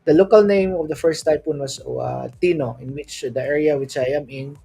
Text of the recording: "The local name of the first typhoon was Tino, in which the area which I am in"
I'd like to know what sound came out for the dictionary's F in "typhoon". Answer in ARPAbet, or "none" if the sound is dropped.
P